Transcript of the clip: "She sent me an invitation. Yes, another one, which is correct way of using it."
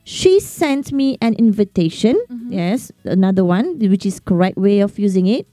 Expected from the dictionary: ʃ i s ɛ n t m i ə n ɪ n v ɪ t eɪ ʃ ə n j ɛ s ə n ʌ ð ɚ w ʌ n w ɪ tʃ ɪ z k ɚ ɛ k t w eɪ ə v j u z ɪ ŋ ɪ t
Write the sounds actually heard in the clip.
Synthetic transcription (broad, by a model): ʃ i s ɛ n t m i ə n ɪ n v ɪ t eɪ ʃ ə n j ɛ s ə n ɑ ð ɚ w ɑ n w ɪ tʃ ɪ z k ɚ ɛ k t w eɪ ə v j u z ɪ ŋ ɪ t